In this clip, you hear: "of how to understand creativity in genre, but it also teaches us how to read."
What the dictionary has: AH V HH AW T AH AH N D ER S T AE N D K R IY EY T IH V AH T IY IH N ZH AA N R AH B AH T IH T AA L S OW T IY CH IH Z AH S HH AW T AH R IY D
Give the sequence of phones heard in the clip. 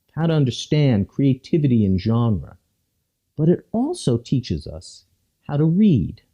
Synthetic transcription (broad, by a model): HH AW T AH AH N D ER S T AE N D K R IY EY T IH V AH T IY IH N ZH AA N R AH B AH T IH T AA L S OW T IY CH IH Z AH S HH AW T AH R IY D